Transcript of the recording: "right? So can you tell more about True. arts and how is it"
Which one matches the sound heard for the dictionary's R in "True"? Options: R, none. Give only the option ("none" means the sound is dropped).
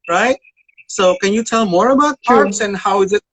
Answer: none